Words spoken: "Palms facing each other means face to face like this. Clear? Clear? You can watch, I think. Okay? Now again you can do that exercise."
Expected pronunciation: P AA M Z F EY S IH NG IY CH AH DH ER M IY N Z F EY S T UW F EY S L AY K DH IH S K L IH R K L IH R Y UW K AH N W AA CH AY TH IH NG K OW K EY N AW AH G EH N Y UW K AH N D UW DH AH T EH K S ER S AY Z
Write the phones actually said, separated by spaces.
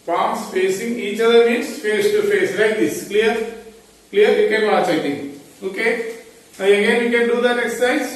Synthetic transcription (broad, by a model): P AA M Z F EY S IH NG IY CH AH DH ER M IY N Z F EY S T UW F EY S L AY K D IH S K L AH R K L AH R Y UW K AH N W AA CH AY T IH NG OW K EY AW AH G EH N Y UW K AH N D UW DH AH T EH K S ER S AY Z